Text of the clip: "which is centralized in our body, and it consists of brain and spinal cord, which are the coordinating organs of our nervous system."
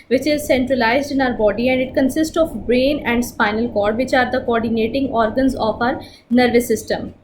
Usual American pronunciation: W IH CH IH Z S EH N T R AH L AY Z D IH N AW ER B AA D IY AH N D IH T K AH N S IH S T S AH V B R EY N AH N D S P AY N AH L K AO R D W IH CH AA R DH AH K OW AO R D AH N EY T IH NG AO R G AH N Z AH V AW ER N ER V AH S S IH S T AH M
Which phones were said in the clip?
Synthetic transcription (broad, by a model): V IH CH IH Z S EH N T R AH L AY Z D IH N AW ER B AA D IY AH N D IH T K AH N S IH S T S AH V B R EY N AH N D S P AY N AH L K AO R D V IH CH AA R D AH K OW AO R D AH N EY T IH NG AO R G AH N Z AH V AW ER N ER V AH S S IH S T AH M